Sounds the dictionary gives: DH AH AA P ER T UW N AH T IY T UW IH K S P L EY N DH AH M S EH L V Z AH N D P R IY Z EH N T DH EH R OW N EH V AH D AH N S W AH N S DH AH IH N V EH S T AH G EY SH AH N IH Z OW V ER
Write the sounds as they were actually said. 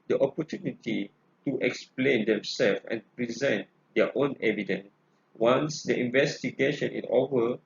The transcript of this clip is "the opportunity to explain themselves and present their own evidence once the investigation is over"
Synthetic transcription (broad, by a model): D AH AA P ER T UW N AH T IY T UW IH K S P L EY N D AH M S EH L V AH N P R IY Z EH N T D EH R OW N EH V AH D AH N S W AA N S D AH IH N V EH S T AH G EY SH AH N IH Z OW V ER